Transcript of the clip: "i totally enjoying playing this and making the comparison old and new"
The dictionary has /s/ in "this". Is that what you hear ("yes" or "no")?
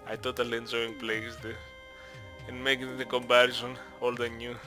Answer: no